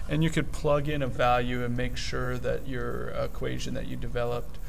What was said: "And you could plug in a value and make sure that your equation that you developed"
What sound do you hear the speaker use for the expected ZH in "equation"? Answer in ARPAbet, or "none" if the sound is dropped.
ZH